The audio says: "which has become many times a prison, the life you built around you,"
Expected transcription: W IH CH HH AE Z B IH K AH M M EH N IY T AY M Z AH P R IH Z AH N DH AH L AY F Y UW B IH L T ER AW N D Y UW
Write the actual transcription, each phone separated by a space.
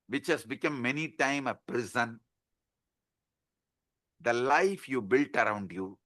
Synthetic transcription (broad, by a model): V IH CH HH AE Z B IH K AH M M EH N IY T AY M AH P R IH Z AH N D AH L AY F Y UW B IH L T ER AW N D Y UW